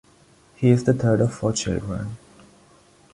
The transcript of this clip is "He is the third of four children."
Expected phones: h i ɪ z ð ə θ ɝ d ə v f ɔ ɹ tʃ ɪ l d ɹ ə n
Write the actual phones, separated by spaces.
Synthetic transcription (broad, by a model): h i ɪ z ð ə t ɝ d ə v f ɔ tʃ ɪ l d ɹ ə n